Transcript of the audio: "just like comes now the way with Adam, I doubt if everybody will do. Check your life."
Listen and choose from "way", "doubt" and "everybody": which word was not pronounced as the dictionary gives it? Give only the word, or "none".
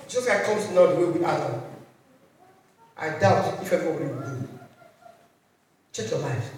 everybody